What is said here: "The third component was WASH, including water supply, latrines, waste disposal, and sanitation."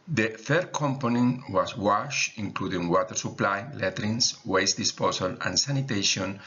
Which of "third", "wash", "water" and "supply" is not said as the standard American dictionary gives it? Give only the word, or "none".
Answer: third